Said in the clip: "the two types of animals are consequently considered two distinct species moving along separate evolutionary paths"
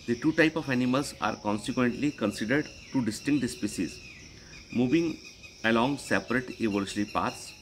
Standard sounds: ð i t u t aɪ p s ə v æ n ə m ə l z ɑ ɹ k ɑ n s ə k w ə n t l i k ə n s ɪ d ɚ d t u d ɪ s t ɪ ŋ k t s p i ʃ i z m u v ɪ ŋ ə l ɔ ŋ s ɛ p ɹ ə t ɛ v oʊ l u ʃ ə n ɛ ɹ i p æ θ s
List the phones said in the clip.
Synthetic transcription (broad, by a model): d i t u t aɪ p ə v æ n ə m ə l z ɑ ɹ k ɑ n s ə k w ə n t l i k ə n s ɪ d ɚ d t u d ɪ s t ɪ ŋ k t s p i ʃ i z m u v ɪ ŋ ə l ɔ ŋ s ɛ p ɹ ə t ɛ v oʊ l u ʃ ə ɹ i p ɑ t s